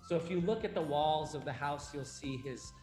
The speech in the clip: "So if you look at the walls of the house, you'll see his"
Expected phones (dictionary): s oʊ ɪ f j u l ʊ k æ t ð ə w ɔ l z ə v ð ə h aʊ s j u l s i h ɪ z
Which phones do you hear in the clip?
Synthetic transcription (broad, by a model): s oʊ ɪ f j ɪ l ʊ k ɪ t ð ə w ɔ l z ə v ð ə h aʊ s j u l s i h ɪ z